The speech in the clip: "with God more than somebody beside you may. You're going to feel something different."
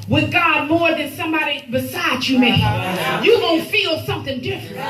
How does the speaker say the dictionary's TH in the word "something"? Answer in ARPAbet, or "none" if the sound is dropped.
TH